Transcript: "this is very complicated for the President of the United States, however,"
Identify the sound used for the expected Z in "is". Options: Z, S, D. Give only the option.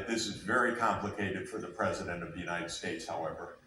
Z